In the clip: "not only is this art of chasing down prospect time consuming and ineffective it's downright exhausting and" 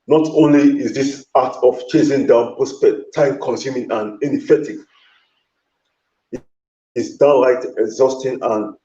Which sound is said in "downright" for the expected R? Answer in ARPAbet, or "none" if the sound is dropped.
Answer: L